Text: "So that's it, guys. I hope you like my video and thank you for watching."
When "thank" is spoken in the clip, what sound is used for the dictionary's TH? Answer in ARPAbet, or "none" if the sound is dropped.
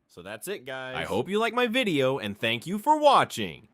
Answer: TH